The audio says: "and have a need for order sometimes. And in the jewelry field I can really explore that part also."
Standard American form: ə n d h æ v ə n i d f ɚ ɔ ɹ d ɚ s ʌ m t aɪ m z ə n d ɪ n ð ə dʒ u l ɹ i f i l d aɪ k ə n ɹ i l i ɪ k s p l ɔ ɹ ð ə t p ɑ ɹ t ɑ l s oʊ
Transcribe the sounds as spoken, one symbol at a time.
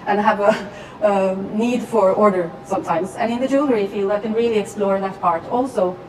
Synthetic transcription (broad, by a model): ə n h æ v ə n i d f ɚ ɔ ɹ d ɚ s ʌ m t aɪ m z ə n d ɪ n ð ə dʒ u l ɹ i f i l d aɪ k ə n ɹ i l i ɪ k s p l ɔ ɹ ð ə t p ɑ ɹ t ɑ l s oʊ